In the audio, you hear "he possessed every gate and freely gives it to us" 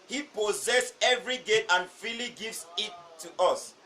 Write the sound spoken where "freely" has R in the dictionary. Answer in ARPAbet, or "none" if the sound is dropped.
none